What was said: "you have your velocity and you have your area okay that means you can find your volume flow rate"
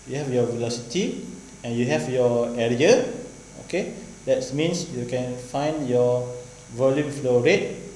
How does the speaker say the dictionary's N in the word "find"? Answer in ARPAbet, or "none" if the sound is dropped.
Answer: N